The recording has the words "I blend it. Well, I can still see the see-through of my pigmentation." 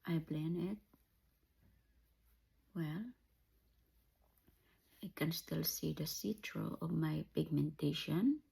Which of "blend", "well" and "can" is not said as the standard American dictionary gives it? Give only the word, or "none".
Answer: blend